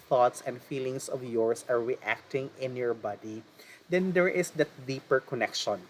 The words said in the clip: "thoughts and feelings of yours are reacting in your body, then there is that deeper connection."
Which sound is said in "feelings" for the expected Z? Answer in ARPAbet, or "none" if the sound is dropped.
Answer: S